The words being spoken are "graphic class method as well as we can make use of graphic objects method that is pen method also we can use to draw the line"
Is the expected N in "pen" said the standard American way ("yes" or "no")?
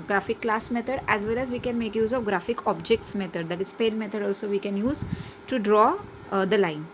no